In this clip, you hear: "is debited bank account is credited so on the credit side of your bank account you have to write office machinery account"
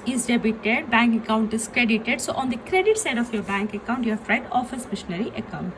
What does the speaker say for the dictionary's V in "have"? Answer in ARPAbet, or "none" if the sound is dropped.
F